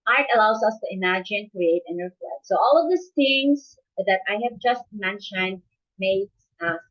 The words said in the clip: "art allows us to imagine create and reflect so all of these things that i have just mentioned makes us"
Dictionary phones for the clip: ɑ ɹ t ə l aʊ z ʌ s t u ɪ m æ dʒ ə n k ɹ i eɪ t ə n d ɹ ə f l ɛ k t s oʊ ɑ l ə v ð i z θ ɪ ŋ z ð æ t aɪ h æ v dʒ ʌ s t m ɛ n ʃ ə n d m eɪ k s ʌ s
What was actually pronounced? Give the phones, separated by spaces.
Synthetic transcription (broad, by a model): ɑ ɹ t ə l aʊ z ʌ s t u ɪ m æ dʒ ə n k ɹ i eɪ t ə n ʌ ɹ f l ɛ t s oʊ ɑ l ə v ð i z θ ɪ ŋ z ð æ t aɪ h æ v dʒ ʌ s t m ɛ n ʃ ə n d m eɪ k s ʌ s